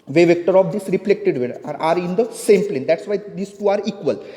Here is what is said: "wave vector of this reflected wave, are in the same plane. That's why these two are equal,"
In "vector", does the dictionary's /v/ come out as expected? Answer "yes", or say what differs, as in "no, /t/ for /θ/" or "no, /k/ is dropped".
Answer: yes